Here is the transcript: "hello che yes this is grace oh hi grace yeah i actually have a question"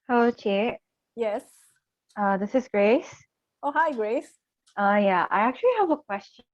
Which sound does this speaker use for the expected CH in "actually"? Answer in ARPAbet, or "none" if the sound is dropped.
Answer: CH